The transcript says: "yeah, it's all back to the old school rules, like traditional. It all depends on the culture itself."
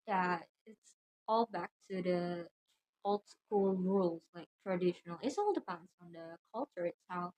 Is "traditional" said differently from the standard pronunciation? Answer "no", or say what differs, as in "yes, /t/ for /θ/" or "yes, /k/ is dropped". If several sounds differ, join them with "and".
no